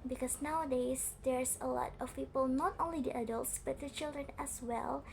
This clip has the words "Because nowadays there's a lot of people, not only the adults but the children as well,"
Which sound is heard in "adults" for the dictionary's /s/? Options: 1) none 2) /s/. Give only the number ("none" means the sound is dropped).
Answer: 2